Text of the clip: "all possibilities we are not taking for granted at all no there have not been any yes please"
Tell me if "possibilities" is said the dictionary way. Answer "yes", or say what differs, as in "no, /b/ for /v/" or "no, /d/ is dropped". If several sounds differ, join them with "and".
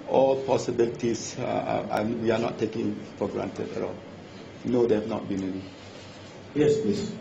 no, /s/ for /z/